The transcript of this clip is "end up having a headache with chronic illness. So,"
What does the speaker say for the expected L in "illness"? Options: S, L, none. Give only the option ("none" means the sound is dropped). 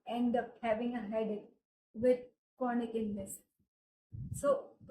none